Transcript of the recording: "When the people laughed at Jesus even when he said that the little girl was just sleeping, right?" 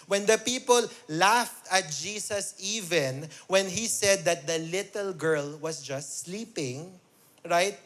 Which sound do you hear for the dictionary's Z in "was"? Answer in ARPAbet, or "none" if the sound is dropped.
S